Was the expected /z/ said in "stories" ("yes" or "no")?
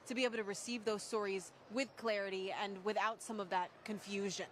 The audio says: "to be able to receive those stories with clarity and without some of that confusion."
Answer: yes